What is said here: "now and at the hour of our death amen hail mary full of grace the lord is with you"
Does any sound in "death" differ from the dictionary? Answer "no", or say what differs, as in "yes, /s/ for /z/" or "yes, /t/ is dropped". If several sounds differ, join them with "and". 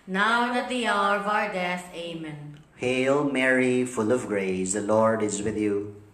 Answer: yes, /s/ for /θ/